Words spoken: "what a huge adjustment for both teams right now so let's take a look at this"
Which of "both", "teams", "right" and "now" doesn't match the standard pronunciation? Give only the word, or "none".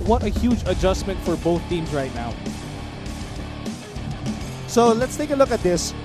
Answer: teams